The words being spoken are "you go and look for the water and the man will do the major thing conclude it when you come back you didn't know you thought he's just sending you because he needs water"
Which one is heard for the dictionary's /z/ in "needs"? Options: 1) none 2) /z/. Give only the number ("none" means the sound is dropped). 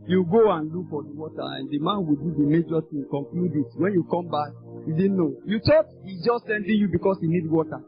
1